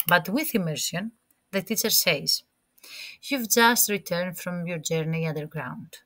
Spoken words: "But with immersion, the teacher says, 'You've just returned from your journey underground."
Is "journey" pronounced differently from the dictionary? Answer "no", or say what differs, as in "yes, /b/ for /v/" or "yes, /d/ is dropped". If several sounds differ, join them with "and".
no